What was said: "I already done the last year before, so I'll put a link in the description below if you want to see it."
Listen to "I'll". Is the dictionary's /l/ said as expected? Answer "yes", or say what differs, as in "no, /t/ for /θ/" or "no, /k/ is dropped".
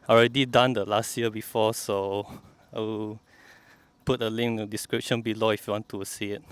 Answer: no, /w/ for /l/